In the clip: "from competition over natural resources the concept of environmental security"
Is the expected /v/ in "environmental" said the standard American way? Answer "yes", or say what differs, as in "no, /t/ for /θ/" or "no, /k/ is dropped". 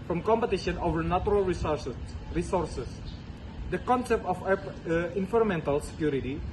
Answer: no, /f/ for /v/